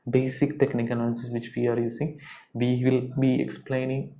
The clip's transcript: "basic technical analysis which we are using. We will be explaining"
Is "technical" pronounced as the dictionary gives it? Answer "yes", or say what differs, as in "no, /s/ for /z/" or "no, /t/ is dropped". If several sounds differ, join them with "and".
no, /n/ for /l/